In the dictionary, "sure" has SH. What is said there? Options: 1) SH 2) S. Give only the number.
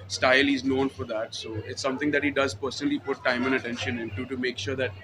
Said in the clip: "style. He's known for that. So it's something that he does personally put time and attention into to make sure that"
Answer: 1